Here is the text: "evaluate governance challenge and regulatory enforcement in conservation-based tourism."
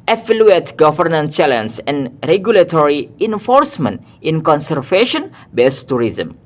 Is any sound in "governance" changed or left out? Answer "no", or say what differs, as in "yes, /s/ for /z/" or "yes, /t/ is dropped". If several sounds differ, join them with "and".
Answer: yes, /s/ is dropped